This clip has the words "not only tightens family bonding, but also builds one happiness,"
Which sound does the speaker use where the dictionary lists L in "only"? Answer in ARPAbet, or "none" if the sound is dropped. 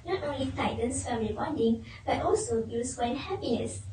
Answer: L